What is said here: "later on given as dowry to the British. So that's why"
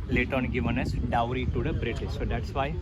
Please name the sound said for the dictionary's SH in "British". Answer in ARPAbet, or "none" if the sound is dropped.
S